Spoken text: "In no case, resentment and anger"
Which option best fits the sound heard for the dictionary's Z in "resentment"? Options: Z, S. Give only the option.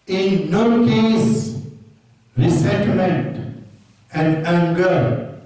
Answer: S